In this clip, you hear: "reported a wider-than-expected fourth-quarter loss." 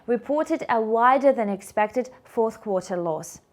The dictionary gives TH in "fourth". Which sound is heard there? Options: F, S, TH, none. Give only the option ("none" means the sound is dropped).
TH